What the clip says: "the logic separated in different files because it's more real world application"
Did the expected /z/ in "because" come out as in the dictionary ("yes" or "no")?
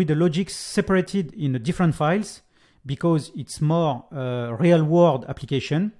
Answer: yes